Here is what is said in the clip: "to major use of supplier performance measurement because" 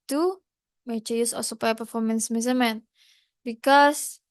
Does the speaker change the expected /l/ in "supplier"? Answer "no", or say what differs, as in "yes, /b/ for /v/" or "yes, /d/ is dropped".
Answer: yes, /l/ is dropped